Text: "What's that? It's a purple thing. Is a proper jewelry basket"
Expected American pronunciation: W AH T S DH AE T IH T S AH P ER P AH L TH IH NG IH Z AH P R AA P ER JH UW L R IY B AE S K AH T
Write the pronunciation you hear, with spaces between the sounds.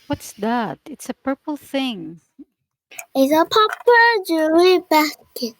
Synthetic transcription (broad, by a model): W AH T S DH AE T IH T S AH P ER P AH L TH IH NG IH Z AH P AA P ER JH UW R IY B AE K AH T